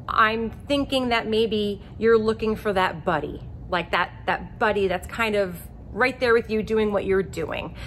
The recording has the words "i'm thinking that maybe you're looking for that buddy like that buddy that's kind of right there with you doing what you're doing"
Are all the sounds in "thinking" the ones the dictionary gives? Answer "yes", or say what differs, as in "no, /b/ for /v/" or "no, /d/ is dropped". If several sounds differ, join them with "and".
yes